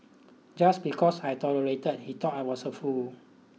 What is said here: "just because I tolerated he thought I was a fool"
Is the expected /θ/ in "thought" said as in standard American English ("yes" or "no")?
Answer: no